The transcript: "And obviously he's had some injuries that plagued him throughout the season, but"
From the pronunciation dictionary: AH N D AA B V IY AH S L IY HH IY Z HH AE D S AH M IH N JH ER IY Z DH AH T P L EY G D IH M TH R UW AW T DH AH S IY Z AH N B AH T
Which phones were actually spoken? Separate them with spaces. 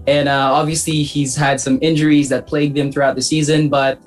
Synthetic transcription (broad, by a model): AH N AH AA B V IY AH S L IY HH IY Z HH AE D S AH M IH N JH ER IY Z DH AH T P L EY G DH IH M TH R UW AW T DH AH S IY Z AH N B AH T